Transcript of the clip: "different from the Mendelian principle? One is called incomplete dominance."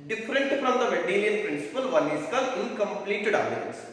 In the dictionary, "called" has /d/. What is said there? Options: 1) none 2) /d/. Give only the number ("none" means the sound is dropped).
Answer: 1